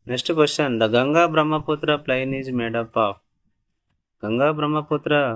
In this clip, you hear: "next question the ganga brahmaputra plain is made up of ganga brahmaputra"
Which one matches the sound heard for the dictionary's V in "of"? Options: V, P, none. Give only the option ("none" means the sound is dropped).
P